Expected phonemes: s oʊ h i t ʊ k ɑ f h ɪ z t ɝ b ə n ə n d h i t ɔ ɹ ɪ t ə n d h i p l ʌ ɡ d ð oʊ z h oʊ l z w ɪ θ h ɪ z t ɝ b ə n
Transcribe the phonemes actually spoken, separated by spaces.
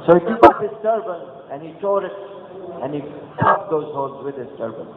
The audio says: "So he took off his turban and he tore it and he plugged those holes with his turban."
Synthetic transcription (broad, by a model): s oʊ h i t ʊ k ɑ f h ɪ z t ɝ b ə n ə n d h i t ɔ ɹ ɪ t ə n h i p ʌ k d oʊ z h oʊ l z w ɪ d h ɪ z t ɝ b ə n